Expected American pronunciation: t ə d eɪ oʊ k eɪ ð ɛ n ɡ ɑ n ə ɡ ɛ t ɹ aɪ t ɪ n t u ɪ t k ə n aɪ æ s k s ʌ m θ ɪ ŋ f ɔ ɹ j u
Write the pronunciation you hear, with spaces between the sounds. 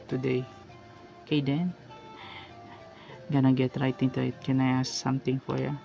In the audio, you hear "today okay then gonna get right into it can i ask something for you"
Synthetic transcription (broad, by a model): t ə d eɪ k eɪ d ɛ n ɡ ɑ n ə ɡ ɛ t ɹ aɪ t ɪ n t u ɪ t k ə n aɪ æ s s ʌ m t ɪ ŋ f ɔ ɹ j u